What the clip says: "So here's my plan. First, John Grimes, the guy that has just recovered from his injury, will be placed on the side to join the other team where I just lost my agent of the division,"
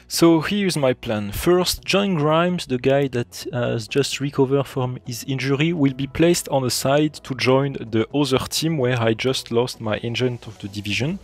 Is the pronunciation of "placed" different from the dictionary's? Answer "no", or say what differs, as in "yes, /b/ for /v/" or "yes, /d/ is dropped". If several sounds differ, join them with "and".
no